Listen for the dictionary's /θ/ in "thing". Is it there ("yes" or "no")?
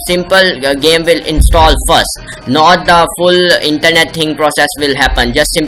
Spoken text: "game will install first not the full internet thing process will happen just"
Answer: no